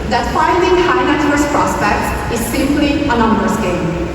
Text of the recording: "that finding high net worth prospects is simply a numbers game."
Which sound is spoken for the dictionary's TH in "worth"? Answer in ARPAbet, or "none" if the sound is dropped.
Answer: S